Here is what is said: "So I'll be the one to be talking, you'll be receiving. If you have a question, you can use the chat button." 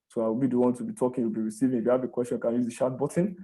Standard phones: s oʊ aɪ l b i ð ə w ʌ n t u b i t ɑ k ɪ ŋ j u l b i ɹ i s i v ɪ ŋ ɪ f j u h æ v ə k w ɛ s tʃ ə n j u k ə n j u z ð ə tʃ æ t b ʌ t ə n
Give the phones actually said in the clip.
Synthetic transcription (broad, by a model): s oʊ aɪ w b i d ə w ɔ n t u b i t ɑ k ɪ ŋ j u l b i ɹ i s i v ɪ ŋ ɪ f j u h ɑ v ə k w ɛ s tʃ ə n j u k ə n j u z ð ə ʃ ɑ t b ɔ t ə n